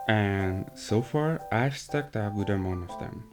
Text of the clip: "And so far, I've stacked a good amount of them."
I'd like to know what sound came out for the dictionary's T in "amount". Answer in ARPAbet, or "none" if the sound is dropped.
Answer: none